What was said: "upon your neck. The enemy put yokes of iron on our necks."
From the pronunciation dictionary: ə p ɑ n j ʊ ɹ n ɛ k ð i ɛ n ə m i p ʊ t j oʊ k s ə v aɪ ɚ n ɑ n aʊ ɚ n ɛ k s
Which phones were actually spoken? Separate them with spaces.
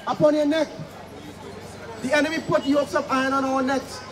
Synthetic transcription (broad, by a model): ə p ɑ n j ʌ n ɛ k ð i ɛ n ə m i p ʊ t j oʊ s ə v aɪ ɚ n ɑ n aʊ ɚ n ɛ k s